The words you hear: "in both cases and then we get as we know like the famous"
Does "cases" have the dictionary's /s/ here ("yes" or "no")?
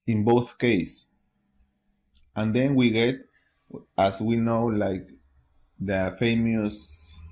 no